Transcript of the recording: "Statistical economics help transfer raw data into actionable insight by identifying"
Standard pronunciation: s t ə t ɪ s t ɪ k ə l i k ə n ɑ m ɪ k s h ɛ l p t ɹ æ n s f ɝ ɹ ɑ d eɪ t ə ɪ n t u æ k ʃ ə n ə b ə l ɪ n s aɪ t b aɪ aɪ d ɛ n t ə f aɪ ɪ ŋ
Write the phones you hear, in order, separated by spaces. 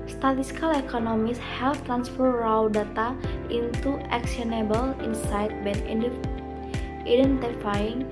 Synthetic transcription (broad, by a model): s t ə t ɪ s k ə l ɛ k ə n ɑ m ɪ s h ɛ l t ɹ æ n s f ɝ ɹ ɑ d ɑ t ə ɪ n t u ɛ k s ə n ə b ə l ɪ n s aɪ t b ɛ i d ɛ n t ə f aɪ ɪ ŋ